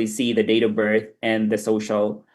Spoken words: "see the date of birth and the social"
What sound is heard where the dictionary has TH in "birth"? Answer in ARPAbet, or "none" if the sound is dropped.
TH